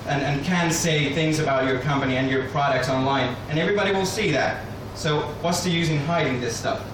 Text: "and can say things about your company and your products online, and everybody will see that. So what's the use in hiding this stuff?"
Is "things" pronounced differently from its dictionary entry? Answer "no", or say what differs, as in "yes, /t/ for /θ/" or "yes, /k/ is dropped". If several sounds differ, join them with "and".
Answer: no